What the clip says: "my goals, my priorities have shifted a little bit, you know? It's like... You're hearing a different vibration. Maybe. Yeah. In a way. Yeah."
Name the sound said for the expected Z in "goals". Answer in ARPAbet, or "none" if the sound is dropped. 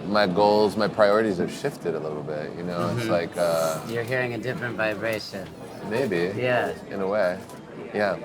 Z